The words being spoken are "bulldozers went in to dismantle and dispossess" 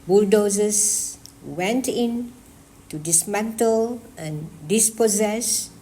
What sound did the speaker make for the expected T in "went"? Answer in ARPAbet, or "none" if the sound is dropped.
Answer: T